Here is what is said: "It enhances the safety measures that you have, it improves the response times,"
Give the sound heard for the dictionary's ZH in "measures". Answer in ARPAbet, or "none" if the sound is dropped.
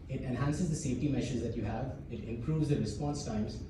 SH